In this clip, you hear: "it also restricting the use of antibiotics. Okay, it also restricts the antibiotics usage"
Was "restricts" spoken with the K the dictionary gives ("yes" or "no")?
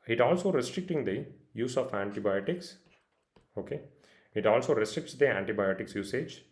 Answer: yes